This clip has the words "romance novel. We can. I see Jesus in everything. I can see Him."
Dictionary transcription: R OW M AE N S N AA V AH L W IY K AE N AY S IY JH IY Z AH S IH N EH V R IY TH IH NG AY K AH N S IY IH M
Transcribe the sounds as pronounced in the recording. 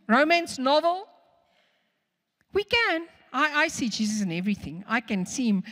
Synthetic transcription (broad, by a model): R OW M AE N S N AA V AH L W IY K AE N AY S IY JH IY Z AH S IH N EH V R IY TH IH NG AY K AH N S IY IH M